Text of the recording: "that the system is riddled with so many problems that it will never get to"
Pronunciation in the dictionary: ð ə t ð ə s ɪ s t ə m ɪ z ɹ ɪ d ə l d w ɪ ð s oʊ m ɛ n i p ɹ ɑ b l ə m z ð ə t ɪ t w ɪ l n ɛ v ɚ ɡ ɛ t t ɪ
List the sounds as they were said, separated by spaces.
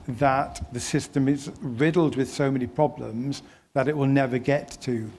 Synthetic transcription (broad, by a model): ð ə t ð ə s ɪ s t ə m ɪ z ɹ ɪ d l d w ɪ ð s oʊ m ɛ n i p ɹ ɑ b l ə m z ð ə t ɪ t w ɪ l n ɛ v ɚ ɡ ɛ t t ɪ